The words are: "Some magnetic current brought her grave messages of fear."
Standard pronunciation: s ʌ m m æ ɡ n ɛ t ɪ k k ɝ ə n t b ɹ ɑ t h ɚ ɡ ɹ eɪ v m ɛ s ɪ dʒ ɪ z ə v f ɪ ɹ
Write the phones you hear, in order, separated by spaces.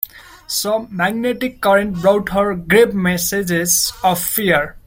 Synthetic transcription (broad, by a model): s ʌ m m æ ɡ n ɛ t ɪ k k ɝ ə n t b ɹ ɑ t h ɚ ɡ ɹ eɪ p m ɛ s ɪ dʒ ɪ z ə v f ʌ ɹ